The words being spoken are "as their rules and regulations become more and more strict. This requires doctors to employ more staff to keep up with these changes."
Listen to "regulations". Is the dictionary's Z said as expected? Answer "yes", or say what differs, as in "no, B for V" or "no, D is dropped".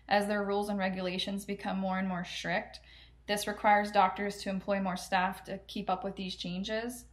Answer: yes